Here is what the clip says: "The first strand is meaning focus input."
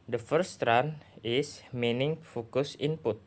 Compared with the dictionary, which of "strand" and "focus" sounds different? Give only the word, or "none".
strand